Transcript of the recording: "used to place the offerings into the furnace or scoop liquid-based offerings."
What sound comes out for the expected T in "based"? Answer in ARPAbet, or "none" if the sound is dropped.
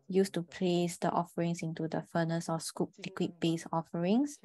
none